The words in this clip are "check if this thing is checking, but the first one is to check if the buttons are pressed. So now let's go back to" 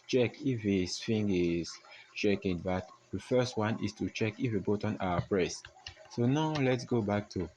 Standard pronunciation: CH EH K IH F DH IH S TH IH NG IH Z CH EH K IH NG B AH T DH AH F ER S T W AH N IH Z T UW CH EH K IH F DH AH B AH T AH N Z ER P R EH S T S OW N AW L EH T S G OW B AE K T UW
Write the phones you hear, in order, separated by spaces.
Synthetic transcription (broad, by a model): CH EH K IH F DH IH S F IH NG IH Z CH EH K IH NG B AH T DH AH F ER S T W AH N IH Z T UW CH EH K IH F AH B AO T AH N AA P R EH S S OW N AW L EH T S G OW B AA K T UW